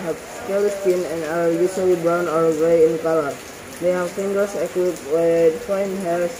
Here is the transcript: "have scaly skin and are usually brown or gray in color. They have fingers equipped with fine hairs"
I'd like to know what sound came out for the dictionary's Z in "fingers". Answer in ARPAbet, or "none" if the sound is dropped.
S